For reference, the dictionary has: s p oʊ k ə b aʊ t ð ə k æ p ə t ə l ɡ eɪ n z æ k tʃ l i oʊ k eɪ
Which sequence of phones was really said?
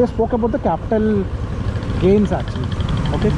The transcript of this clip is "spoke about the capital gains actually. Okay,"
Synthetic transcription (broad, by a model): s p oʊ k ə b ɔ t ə k æ p ə t ə l ɡ eɪ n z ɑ tʃ i oʊ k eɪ